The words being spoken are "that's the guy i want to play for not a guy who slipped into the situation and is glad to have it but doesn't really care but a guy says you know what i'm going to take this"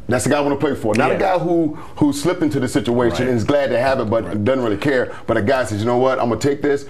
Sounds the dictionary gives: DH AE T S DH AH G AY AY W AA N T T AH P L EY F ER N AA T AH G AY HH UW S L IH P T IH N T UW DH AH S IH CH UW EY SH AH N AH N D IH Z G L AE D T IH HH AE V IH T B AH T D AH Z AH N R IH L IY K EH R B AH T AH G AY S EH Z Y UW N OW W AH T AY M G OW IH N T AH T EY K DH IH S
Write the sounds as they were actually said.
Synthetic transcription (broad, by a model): DH AE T S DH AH G AY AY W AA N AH P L EY F ER N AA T AH G AY HH UW S L IH P T IH N T UW DH AH S IH CH UW EY SH AH N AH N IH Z G L AE D T IH HH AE V IH T B AH T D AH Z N R IH L IY K EH R B AH T AH G AY S EH Z Y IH N OW W AH T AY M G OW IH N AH T EY K DH IH S